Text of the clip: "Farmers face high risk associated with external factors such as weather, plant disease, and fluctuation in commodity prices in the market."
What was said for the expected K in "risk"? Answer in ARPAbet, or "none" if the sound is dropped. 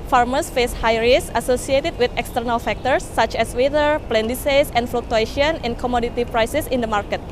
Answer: none